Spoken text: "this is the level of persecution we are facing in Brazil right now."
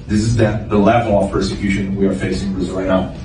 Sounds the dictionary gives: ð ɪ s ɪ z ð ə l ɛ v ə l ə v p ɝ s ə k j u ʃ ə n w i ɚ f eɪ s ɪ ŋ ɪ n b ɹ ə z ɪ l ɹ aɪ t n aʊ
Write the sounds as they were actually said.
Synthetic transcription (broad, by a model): ð ɪ s ɪ z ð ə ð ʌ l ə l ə f p ɝ s ə k j u ʃ ə n w i ɚ f eɪ s ɪ ŋ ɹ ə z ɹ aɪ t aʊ